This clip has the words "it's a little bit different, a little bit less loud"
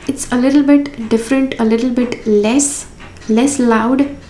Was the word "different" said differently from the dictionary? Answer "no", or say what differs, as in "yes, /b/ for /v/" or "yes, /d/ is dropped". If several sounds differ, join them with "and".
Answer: no